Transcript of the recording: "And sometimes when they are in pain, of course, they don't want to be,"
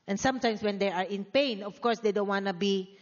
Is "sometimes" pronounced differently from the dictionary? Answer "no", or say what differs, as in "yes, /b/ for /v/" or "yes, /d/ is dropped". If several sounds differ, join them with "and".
yes, /s/ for /z/